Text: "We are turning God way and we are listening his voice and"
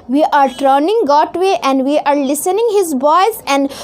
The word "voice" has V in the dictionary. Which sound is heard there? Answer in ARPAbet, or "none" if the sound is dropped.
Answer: B